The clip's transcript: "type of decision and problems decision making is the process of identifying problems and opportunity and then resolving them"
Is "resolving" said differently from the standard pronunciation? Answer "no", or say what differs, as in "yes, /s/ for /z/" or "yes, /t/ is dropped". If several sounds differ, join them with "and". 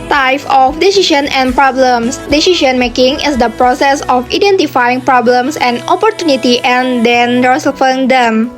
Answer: yes, /f/ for /v/